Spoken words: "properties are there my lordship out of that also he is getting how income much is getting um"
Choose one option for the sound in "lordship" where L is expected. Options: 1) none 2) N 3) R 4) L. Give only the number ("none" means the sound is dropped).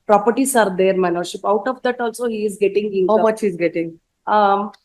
2